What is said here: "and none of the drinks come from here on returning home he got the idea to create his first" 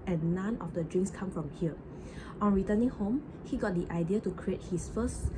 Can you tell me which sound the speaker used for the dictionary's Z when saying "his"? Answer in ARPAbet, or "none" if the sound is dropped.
S